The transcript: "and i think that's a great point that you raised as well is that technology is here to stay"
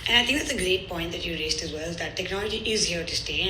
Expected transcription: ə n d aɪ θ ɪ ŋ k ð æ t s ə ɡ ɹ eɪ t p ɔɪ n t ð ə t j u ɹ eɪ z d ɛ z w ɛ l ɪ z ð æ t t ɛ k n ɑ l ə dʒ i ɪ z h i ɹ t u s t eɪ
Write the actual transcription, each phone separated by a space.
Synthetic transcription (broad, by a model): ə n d aɪ t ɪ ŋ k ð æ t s ə ɡ ɹ eɪ t p ɔɪ n t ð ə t j u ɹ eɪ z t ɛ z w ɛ l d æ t t ɛ k n ɑ l ə dʒ i ɪ z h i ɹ t u s t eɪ